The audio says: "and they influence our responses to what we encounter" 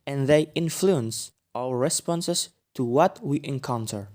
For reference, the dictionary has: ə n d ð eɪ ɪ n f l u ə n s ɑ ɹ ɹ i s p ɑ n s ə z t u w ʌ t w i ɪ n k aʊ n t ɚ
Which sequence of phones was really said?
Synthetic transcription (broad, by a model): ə n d ð eɪ ɪ n f l u ə n s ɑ l ɹ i s p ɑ n s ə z t u w ʌ t w i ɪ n k aʊ n t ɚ